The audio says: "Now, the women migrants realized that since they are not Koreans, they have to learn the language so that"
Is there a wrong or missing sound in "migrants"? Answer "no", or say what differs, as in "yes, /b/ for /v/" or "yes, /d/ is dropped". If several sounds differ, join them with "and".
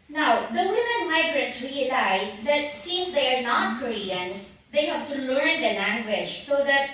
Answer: yes, /n/ is dropped